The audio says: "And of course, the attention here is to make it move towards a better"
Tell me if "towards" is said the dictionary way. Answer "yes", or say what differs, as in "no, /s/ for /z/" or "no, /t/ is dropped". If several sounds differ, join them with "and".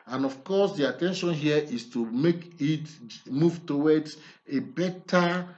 no, /w/ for /ɹ/ and /z/ is dropped